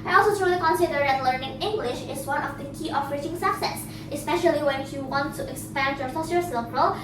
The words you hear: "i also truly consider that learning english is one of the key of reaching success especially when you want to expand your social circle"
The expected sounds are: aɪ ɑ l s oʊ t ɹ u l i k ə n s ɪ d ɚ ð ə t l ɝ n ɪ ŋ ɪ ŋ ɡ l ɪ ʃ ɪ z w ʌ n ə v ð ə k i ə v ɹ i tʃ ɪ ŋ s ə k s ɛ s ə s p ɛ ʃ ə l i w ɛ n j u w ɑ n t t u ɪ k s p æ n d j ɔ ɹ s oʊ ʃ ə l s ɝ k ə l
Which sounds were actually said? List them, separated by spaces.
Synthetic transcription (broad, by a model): aɪ ɑ l s oʊ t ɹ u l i k ə n s ɪ d ɚ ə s l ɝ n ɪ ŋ ɪ ŋ ɡ l ɪ ʃ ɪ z w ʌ n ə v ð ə k i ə f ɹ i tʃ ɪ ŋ s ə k s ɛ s ə s p ɛ ʃ ə l i w ɛ n j u w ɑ n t t u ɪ k s p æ n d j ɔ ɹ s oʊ s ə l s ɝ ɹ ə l